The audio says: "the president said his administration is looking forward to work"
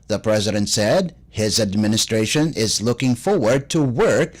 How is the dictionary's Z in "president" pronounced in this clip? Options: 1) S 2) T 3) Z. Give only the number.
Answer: 3